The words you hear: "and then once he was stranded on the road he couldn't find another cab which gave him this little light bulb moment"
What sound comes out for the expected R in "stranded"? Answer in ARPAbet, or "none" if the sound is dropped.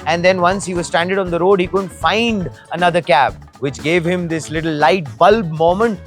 none